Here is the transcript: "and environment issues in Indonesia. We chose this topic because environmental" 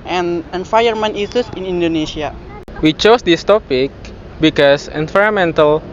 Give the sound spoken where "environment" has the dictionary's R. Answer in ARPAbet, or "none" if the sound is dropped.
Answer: none